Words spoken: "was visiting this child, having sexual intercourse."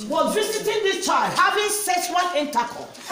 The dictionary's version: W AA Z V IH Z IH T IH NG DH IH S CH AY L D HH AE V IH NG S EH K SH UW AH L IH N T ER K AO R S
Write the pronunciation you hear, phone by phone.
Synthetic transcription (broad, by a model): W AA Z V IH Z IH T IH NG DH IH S CH AY L D HH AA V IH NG S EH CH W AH N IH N T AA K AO